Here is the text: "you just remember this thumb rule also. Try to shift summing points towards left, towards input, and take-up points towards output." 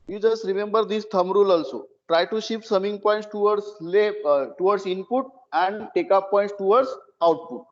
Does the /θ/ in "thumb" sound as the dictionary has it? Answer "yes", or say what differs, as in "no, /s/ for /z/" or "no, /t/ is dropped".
no, /t/ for /θ/